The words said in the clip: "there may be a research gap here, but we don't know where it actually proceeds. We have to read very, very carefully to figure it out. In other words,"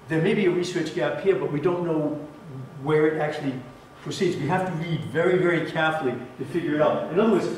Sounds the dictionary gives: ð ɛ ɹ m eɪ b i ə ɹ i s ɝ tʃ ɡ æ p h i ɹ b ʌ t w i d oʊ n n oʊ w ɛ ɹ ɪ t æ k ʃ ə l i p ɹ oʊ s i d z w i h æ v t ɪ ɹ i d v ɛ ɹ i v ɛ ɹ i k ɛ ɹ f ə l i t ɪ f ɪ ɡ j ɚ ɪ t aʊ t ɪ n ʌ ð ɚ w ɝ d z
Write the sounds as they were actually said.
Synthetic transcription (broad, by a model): ð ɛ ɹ m eɪ b i ə ɹ i s ɝ tʃ ɡ æ p h i ɹ b ʌ t w i d oʊ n n oʊ w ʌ ɹ ɪ t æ k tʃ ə l i p ɹ oʊ s i d z w i h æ f t ɪ ɹ i d v ɛ ɹ i v ɛ ɹ i k ɛ ɹ f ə l i t ɪ f ɪ ɡ j ɚ ɪ t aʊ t ɪ n ʌ ð ɚ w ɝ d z